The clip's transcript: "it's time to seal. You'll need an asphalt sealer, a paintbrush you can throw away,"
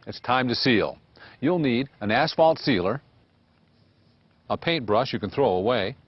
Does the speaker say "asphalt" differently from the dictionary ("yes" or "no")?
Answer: no